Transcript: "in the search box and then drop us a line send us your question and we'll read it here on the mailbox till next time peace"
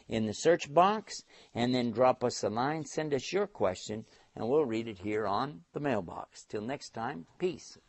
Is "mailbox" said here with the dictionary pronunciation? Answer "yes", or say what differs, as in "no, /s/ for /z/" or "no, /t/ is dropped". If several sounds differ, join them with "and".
yes